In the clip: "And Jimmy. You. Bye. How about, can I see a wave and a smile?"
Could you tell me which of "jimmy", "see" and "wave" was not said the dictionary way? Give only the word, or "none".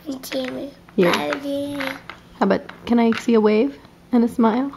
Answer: jimmy